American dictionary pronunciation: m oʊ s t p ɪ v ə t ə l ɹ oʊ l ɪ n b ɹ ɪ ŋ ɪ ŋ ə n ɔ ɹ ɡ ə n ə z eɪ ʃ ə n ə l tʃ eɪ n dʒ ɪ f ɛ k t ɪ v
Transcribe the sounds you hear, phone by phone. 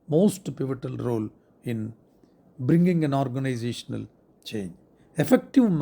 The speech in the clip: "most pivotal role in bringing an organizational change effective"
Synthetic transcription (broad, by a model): m oʊ s t p ɪ v ə t ə l ɹ oʊ l ɪ n b ɹ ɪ ŋ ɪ ŋ ə n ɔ ɹ ɡ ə n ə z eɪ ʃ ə n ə l tʃ eɪ n dʒ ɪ f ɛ k t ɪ v